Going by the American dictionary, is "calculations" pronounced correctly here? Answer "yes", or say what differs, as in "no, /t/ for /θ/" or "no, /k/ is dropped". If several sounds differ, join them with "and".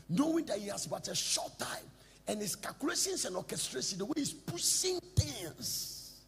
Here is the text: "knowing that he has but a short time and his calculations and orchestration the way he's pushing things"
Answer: no, /s/ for /z/